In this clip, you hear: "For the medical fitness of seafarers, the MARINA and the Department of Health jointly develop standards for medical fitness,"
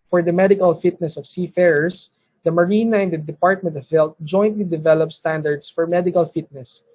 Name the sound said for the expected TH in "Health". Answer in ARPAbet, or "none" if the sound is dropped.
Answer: T